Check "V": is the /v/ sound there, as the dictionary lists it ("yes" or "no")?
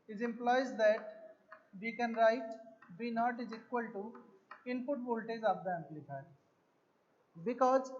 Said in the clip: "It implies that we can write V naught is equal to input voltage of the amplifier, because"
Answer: no